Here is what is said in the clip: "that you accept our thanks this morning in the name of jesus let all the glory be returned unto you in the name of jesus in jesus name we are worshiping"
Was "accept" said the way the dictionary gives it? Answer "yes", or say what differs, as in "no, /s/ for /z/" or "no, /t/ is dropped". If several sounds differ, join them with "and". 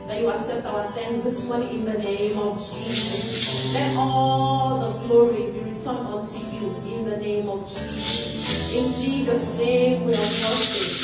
no, /k/ is dropped and /p/ is dropped